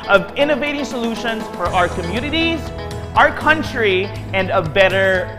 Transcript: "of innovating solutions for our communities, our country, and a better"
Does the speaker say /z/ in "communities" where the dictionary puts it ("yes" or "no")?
yes